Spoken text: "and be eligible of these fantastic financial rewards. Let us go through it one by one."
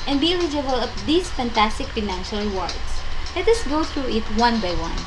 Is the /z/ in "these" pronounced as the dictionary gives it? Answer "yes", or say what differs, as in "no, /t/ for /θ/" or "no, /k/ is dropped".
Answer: no, /s/ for /z/